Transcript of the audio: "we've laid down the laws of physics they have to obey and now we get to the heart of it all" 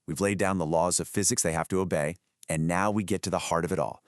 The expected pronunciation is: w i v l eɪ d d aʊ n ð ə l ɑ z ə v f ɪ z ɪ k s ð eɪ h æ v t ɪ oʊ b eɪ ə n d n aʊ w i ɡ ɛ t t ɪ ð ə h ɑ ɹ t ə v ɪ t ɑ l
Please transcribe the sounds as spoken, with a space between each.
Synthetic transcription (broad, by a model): w i v l eɪ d d aʊ n ð ə l ɑ z ə v f ɪ z ɪ k s ð eɪ h æ f t ɪ oʊ b eɪ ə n n aʊ w i ɡ ɛ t t ɪ ð ə h ɑ ɹ t ə v ɪ t ɑ l